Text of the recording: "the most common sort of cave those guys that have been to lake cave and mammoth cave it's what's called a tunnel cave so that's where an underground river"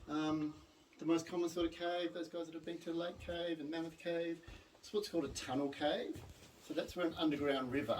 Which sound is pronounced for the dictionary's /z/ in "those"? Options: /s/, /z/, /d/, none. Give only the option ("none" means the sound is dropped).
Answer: /z/